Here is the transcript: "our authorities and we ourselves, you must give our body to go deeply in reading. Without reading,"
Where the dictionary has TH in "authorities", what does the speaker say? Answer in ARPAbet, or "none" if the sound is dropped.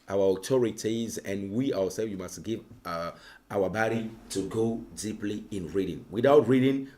T